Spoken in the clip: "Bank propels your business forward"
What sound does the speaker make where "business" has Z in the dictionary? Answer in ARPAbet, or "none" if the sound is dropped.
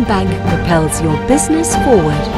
Z